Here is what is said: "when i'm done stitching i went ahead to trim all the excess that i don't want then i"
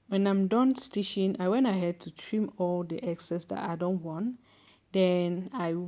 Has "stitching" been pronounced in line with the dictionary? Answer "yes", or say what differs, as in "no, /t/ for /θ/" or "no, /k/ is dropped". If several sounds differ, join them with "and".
no, /ʃ/ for /tʃ/